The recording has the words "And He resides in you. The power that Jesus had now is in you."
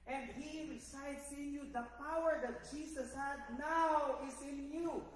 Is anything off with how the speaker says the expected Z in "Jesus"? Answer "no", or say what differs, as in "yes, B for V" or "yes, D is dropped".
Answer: yes, S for Z